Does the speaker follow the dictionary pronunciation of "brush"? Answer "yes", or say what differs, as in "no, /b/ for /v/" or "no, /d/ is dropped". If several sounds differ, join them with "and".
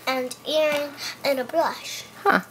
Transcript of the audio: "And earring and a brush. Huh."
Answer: no, /l/ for /ɹ/